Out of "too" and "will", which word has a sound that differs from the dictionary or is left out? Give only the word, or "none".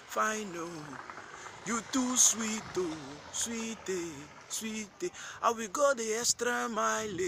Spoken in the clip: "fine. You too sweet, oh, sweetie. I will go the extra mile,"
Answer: will